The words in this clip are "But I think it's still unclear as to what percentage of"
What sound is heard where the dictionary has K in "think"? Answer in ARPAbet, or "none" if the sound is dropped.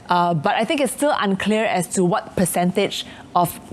K